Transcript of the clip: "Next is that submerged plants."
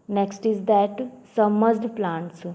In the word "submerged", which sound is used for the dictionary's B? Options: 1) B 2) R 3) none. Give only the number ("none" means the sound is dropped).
3